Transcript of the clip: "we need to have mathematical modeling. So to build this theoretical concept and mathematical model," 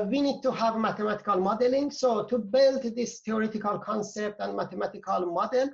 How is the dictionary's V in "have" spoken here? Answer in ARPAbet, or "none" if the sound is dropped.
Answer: V